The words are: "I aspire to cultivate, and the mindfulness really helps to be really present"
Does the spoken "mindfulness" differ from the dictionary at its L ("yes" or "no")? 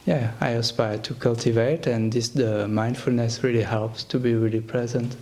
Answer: no